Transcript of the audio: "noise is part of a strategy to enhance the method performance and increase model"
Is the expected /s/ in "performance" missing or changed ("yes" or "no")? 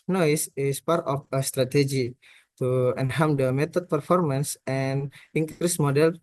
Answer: no